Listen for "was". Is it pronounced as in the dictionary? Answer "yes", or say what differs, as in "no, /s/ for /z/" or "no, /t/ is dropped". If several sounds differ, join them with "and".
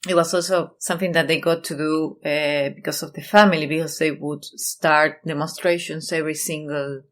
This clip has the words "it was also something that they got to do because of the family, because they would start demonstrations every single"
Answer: no, /s/ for /z/